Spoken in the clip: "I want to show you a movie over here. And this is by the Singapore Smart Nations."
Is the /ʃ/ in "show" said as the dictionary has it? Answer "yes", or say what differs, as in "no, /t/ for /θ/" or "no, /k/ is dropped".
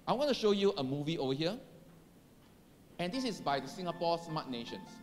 yes